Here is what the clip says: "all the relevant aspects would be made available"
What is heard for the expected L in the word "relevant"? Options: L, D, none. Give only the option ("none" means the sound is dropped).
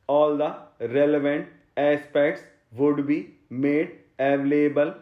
L